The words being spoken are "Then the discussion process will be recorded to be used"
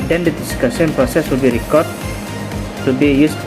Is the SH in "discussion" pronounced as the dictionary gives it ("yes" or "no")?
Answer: no